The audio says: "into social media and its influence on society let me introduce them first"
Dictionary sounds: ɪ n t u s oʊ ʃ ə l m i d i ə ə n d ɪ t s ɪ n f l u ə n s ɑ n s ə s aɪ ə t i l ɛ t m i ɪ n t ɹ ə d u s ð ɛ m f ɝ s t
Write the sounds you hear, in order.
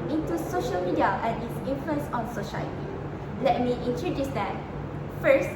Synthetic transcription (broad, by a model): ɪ n t u s oʊ ʃ ə l m i d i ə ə n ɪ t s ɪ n f l u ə n s ɑ n s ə ʃ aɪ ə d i l ɛ t m i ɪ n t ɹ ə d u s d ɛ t f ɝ s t